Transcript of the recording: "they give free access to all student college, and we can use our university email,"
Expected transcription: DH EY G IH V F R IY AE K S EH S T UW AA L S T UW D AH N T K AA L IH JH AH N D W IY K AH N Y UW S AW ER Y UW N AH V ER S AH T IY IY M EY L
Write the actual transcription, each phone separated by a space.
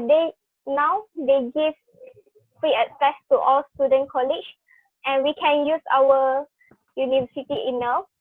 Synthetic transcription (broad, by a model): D EY G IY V F R IY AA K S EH S T UW AA L S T UW D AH N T K AA L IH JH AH N W IY K AH N Y UW S AW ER Y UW N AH V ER S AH T IY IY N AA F